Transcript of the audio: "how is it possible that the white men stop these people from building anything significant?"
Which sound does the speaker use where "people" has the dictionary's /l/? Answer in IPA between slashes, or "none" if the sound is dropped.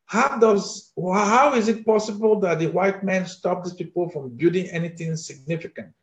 /l/